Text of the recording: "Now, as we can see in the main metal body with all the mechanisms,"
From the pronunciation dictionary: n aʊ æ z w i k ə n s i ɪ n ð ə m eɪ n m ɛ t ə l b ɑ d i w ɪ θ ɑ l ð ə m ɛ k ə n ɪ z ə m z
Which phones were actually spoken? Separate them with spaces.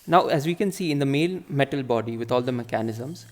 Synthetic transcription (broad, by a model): n aʊ æ z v i k ə n s i ɪ n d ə m eɪ l m ɛ t ə l b ɑ d i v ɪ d ɑ l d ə m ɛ k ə n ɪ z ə m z